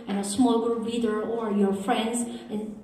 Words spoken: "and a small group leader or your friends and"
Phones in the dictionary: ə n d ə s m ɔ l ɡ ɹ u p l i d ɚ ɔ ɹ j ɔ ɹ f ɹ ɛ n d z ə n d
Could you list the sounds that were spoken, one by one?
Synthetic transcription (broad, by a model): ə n ə s m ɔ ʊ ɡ ʌ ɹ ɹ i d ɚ ɔ ɹ j ɔ ɹ f ɹ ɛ n d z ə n